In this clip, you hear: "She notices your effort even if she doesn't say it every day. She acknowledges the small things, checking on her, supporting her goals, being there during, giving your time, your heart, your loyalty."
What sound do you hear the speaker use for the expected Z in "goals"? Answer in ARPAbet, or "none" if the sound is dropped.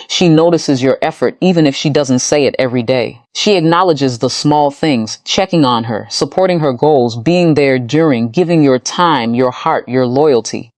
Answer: Z